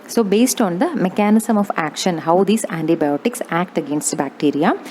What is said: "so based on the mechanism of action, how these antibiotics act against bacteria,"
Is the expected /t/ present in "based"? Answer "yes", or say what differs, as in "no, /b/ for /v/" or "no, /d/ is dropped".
yes